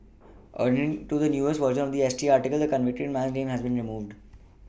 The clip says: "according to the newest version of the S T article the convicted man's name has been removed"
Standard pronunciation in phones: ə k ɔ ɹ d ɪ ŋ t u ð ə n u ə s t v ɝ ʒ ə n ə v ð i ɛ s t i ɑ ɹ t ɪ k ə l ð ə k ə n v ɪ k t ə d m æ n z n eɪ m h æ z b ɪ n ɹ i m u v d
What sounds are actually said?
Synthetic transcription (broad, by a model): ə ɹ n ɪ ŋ t u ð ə n u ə s v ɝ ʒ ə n ə v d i ɛ s t i ɑ ɹ t ɪ k ə l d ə k ə n v ɪ k t ə d m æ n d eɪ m h æ z b ɪ n ɹ i m u v d